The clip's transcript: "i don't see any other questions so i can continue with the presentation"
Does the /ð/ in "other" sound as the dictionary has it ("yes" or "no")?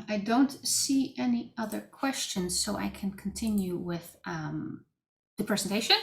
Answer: yes